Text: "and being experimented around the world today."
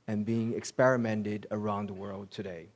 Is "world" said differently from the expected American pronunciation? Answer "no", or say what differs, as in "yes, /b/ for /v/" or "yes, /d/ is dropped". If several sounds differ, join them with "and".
no